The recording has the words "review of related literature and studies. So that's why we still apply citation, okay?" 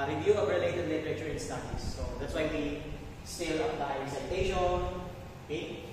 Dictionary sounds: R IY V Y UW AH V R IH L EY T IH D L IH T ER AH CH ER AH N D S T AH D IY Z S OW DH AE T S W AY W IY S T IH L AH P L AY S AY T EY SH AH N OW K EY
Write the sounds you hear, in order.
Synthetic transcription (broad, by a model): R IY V Y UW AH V R IH L EY T IH D L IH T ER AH CH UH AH N S T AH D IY S OW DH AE T S W AY W IY S T IH L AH L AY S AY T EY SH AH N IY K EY